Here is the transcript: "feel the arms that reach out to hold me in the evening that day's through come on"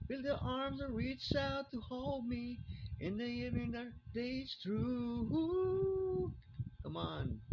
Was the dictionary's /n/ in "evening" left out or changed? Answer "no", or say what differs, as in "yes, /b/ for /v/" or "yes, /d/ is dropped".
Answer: yes, /n/ is dropped